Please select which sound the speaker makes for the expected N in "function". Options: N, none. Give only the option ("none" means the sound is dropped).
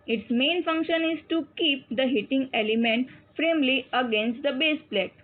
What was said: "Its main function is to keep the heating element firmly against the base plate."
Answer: N